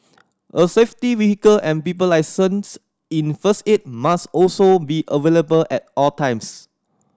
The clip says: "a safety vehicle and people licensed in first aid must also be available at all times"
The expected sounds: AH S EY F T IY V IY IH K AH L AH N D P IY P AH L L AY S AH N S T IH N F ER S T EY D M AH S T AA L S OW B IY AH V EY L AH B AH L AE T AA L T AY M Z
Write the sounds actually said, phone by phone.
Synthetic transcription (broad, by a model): AH S EY F T IY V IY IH K AH L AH N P IY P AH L L AY S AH N S IH N F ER S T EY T M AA S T AA L S OW B IY AH V EY L AH B AH L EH T AA L T AY M S